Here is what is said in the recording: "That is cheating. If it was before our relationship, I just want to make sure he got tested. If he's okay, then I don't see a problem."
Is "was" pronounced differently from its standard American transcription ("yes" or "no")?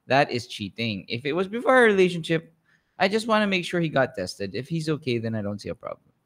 no